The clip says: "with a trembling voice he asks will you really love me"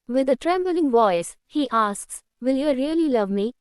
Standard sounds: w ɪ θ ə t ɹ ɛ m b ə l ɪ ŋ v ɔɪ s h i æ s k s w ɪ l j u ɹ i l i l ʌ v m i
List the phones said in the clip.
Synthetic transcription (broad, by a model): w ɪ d ə t ɹ ɛ m b ə l ɪ ŋ v ɔɪ s h i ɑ s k s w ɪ l j u ɹ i l i l ʌ v m i